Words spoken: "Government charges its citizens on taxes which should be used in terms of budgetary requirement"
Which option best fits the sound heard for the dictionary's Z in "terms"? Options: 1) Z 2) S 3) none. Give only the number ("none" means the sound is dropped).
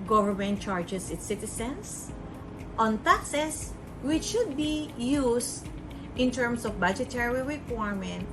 2